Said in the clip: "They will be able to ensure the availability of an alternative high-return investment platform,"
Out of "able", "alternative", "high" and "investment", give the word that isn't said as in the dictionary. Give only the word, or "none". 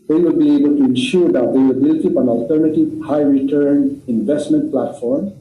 none